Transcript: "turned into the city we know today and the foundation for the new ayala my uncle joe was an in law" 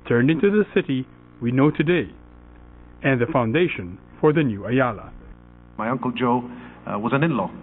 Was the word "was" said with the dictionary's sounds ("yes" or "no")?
yes